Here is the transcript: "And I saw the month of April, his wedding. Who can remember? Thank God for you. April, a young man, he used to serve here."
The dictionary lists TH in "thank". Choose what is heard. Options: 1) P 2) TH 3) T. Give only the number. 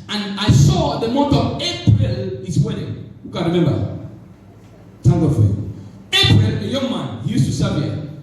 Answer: 3